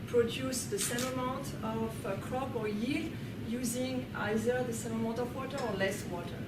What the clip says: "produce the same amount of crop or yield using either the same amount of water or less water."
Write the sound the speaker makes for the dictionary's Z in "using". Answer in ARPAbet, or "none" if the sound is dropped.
Z